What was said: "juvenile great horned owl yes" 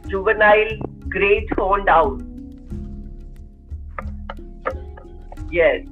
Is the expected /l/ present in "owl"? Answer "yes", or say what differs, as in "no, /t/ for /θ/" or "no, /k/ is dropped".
no, /n/ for /l/